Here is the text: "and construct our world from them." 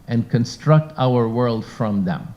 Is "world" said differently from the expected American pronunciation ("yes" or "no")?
no